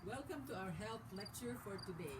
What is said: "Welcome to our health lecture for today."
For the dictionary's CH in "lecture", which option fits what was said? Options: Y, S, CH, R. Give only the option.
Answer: CH